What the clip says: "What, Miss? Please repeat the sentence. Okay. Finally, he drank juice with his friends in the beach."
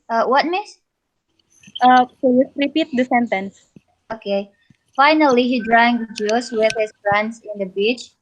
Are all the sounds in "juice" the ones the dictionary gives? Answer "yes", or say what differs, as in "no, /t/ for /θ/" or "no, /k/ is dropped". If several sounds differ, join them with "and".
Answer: yes